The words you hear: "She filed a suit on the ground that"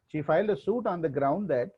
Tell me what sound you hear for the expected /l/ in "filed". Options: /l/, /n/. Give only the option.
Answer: /l/